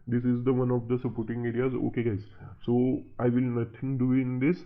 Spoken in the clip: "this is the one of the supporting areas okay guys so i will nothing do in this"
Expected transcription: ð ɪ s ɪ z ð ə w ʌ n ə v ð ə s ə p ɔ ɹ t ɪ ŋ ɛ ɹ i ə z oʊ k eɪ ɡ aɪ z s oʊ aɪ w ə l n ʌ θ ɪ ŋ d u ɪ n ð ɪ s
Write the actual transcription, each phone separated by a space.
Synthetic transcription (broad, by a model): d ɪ s ɪ z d ə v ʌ n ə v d ə s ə p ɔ ɹ t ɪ ŋ ɛ ɹ i ə z oʊ k eɪ ɡ aɪ z s oʊ aɪ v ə l n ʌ t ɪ ŋ d u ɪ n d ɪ s